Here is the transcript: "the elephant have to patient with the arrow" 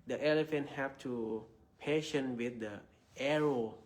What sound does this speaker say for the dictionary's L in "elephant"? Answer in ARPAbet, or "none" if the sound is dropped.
L